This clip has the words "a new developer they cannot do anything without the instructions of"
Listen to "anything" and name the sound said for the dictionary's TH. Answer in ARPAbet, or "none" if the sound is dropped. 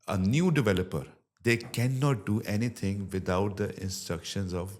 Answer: T